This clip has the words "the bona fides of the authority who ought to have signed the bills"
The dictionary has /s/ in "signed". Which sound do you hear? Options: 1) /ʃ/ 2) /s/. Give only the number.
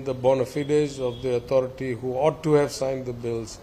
2